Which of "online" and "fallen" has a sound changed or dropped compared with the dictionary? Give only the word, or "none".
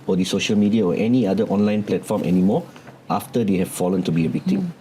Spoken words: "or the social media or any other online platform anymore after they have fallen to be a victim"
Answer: none